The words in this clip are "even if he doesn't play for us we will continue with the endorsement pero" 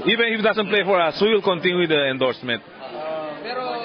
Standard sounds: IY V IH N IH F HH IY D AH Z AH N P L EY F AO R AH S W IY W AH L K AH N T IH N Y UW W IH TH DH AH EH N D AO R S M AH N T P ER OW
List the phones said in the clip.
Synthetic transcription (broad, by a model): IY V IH N IH F D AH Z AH N P L EY F AO R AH S W IY W AH L K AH N T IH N Y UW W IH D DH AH EH N D AO R S M AH N T